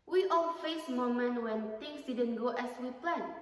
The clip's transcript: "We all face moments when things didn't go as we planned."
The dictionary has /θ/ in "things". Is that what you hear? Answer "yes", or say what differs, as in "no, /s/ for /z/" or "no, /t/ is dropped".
no, /t/ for /θ/